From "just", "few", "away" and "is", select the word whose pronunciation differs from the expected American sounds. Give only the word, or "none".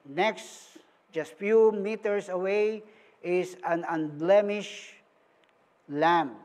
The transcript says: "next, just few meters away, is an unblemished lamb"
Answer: is